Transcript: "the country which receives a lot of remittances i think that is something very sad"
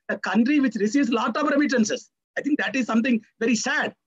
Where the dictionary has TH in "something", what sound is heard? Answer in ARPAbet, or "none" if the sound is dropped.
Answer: T